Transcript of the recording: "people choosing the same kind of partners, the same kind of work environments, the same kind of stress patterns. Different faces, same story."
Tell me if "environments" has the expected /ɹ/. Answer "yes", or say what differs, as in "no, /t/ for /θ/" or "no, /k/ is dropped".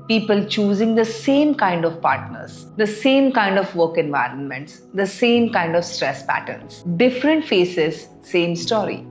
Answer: yes